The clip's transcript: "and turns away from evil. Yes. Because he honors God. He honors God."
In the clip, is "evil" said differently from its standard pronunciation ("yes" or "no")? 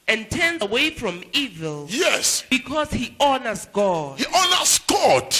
no